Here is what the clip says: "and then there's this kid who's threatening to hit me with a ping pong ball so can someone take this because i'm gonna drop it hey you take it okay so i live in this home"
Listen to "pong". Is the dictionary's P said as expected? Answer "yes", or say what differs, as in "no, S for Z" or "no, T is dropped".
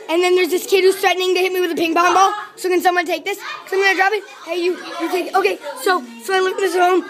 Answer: no, B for P